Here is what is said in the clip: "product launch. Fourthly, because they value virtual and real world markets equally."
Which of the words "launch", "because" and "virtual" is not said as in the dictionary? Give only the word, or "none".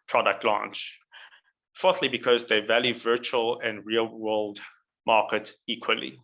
none